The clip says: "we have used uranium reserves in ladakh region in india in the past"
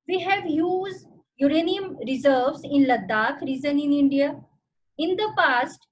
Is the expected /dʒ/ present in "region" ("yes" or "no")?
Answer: no